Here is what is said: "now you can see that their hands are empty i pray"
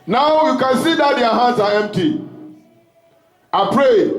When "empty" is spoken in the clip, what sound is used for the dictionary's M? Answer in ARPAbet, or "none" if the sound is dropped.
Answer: M